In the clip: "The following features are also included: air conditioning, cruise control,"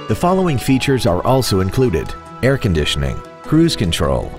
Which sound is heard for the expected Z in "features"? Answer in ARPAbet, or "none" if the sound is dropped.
Z